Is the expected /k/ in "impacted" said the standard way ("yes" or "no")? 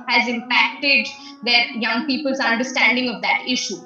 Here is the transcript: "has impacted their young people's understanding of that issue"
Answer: yes